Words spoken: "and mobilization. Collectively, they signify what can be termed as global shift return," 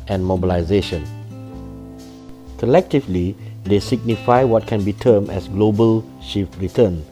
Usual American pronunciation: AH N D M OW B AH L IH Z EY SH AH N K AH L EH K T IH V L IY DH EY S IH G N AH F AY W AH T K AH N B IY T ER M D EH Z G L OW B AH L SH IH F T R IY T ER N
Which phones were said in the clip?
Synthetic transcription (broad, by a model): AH N M OW B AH L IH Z EY SH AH N K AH L EH K T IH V L IY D EY S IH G N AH F AY W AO T K AH N B IY T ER M EH S G L OW B AH L SH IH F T R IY T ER N